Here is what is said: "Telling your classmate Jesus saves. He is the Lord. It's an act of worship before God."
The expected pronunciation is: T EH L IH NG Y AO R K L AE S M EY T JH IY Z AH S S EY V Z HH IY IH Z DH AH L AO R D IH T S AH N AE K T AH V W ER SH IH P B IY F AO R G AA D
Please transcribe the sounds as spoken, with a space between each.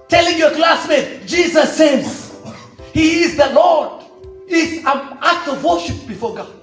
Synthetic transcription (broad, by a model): T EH L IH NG Y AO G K L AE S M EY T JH IY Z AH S S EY Z HH IY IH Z DH AH L AO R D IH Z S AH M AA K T AH V W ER SH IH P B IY F AO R G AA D